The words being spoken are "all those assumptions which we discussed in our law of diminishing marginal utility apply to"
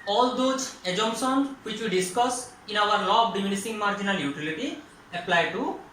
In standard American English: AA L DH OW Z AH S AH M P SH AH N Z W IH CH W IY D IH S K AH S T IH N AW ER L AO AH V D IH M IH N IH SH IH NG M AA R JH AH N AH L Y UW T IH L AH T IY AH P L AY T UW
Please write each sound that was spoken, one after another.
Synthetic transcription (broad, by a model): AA L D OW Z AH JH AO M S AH N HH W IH CH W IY D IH S K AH S IH N AW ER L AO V D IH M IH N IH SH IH NG M AA R JH AH N AH L Y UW T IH L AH T IY AH P L AY T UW